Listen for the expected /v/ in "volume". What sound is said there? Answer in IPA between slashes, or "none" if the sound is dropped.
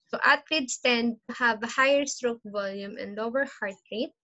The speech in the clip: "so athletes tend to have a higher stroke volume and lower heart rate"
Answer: /v/